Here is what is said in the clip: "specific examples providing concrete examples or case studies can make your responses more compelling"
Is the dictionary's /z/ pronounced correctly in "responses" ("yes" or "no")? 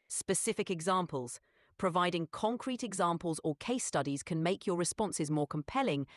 yes